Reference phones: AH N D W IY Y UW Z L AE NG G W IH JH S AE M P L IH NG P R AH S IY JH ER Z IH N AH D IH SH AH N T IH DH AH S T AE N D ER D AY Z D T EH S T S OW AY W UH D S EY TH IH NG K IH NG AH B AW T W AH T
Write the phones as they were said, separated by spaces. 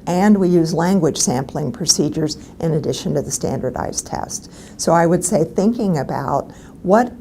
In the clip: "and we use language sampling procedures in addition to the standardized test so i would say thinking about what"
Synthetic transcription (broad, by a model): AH N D W IY Y UW Z L AE NG G W IH JH S AE M P L IH NG P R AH S IY JH ER Z IH N AH D IH SH AH N T IH DH AH S T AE N D ER D AY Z T EH S T S OW AY W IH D S EY TH IH NG K IH NG AH B AW T W AH T